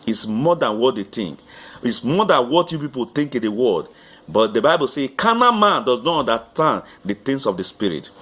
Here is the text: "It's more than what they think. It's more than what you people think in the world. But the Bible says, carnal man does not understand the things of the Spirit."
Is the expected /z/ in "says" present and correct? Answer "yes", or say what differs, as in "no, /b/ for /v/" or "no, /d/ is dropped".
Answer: no, /z/ is dropped